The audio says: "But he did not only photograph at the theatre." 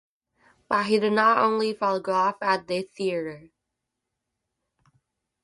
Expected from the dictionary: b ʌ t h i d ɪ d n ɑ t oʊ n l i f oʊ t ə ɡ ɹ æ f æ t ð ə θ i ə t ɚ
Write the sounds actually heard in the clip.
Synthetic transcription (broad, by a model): b ʌ t h i d ɪ d n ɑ t oʊ n l i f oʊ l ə ɡ ɔ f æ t ð ə θ i ə t ɚ